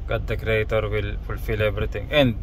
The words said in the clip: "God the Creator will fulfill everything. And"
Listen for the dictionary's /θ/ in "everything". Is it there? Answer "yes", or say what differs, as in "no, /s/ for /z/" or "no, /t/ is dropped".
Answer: no, /t/ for /θ/